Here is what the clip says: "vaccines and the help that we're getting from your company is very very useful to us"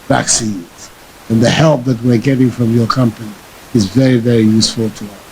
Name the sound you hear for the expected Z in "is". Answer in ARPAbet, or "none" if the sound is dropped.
Z